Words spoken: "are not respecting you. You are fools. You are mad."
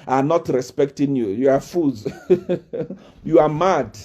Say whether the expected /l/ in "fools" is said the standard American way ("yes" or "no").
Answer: no